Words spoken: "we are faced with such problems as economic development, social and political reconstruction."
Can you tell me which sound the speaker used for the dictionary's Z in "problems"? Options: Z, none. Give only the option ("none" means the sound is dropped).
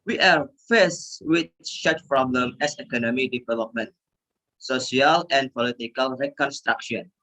none